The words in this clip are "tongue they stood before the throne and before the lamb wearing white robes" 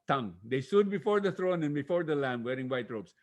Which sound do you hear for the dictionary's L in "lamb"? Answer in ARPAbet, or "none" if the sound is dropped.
L